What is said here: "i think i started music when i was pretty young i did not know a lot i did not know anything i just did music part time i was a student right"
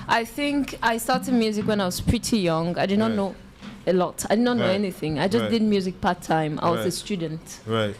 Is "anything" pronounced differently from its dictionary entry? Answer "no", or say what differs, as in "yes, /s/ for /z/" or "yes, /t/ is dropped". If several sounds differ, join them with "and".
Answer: no